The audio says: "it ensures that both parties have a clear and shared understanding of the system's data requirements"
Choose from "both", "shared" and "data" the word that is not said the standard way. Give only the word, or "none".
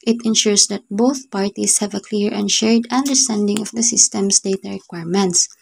none